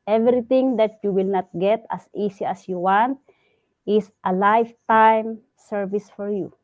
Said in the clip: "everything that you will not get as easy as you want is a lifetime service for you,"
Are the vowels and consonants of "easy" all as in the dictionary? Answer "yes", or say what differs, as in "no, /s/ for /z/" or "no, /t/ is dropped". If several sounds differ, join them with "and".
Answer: no, /s/ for /z/